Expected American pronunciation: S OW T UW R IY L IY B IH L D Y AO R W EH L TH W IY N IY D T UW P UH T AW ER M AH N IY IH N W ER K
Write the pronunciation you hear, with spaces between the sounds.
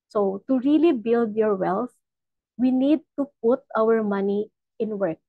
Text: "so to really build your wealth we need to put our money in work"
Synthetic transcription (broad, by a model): S OW T UW R IY L IY B IH L D Y AO R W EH L S W IY N IY D T UW P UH T AW ER M AH N IY IH N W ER K